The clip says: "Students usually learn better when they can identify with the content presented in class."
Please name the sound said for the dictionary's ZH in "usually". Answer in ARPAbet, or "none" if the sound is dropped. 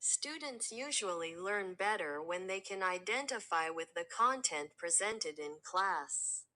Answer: ZH